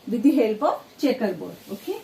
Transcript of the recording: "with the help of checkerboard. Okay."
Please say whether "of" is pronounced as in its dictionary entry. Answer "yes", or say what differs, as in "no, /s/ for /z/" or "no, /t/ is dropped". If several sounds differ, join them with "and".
no, /p/ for /v/